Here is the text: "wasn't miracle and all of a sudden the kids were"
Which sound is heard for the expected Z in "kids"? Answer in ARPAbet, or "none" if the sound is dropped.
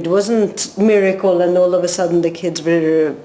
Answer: Z